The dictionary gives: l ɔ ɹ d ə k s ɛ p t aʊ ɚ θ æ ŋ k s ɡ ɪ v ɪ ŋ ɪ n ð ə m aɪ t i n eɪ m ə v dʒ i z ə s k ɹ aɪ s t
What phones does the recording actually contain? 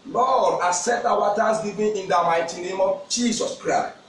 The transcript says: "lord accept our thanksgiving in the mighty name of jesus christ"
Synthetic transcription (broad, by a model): l ɔ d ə s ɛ t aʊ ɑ t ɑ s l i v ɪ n ɪ n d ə m aɪ t i n eɪ m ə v dʒ i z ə s k ɹ aɪ s t